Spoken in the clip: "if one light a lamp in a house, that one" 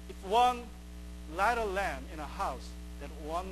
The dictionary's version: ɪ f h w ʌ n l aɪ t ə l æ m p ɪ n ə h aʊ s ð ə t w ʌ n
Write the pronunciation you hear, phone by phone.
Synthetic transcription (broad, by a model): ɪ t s w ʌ n l aɪ t ə l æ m ɪ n ə h aʊ s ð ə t w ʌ n